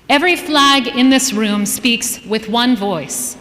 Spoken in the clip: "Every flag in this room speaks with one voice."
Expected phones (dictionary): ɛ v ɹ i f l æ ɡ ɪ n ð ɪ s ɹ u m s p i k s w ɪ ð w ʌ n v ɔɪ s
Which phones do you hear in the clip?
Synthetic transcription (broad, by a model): ɛ v ɹ i f l æ ɡ ɪ n ð ɪ s ɹ u m s p i k s w ɪ ð w ʌ n v ɔɪ s